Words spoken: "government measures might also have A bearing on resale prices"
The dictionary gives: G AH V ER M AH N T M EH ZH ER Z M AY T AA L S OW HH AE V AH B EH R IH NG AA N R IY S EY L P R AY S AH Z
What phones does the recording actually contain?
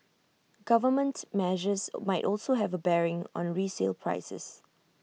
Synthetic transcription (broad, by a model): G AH V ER M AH N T M EH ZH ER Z M AY T AA L S OW HH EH V AH B EH R IH NG AA N R IY S EY L P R AY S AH S